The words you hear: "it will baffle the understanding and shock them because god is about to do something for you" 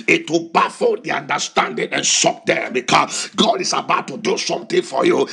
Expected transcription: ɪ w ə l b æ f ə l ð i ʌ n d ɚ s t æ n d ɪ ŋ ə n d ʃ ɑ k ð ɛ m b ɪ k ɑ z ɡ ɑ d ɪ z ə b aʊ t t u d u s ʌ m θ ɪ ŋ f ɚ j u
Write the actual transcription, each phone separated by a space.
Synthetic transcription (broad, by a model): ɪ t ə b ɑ f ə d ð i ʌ n d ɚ s t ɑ n d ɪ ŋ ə n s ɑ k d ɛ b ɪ k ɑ s ɡ ɑ d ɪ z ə b aʊ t t u d u s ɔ m t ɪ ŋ f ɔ j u